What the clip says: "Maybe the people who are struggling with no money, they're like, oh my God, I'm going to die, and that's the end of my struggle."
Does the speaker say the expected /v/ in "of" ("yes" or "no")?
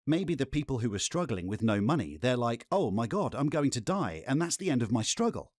yes